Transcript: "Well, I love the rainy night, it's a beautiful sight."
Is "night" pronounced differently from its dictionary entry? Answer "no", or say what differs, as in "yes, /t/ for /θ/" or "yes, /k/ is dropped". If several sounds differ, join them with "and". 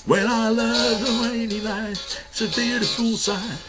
yes, /t/ is dropped